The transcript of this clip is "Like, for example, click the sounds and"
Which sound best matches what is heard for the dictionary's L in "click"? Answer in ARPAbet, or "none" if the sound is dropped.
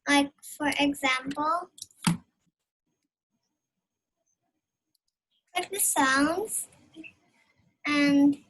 none